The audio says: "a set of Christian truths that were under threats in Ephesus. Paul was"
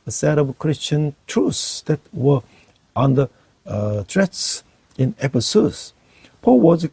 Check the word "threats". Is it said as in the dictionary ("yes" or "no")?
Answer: no